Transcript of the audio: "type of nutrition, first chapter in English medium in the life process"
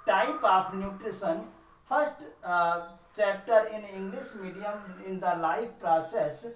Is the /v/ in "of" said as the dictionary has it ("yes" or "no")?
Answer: no